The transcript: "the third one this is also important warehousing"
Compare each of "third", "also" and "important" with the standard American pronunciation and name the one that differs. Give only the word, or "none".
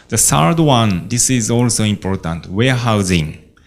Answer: third